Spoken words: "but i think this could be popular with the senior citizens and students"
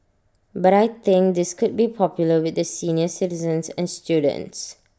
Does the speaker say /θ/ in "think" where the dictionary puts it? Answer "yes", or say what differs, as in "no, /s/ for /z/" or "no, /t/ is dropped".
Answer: no, /t/ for /θ/